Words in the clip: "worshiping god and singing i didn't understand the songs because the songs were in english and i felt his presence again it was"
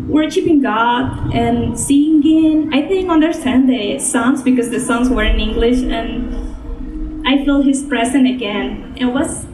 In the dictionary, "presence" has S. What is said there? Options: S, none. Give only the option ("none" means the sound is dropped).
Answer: none